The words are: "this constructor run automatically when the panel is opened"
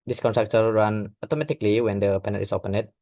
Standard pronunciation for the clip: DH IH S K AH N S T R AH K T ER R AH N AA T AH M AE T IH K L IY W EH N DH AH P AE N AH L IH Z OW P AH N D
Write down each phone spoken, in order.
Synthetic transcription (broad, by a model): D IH S K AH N T R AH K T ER R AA N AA T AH M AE T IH K L IY W EH N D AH P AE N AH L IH S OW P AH N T